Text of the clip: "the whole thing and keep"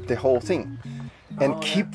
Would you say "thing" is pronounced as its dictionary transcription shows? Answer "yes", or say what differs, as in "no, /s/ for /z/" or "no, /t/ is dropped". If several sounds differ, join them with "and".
yes